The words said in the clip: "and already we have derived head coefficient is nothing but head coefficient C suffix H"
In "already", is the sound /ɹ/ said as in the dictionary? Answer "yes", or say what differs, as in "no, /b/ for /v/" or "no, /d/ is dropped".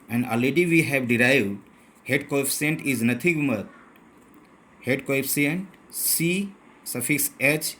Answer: no, /ɹ/ is dropped